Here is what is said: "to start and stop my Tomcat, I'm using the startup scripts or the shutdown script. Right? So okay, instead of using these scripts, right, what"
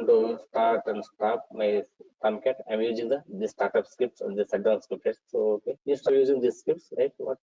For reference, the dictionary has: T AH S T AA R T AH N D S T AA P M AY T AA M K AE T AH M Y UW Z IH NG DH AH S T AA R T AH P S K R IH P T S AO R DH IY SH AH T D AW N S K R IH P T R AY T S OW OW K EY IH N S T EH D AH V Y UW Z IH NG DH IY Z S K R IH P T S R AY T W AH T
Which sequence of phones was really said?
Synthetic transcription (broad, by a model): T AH S T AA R T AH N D S T AA P M AY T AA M K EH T AH M Y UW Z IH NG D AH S T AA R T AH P S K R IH P T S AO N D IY S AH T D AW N S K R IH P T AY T S OW OW K EY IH S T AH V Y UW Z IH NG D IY S K R IH P T S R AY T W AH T